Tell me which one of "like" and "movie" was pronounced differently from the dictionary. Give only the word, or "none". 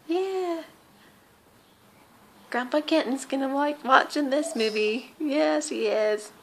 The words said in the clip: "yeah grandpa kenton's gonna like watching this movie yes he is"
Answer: like